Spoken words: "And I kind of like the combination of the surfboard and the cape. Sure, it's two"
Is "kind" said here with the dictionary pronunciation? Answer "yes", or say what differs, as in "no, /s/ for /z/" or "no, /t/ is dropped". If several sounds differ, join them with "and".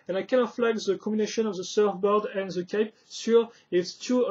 no, /d/ is dropped